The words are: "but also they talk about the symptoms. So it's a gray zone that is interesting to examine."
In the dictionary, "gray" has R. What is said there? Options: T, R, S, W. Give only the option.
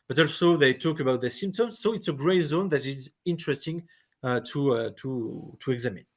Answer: R